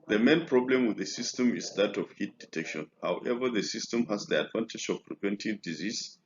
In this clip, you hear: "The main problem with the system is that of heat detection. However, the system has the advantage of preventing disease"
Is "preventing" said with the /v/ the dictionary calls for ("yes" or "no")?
no